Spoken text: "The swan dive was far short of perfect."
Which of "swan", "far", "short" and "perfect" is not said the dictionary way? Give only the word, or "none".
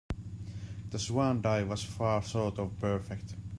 short